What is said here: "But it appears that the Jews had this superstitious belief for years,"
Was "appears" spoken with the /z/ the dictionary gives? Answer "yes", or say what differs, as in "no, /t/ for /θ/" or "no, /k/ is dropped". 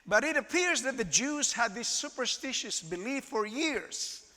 yes